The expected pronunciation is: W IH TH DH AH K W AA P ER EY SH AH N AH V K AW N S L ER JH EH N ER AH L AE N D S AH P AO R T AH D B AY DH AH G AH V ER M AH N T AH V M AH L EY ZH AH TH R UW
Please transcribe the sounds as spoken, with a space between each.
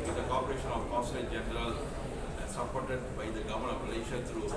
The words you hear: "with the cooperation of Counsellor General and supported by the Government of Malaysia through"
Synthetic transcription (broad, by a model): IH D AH K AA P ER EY SH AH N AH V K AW S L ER JH EH N ER AH L S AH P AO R T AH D B AY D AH G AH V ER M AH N AH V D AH L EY SH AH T R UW